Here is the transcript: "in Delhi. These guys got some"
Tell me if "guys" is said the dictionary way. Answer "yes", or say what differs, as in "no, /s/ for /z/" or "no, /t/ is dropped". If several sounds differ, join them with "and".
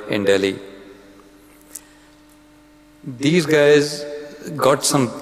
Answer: yes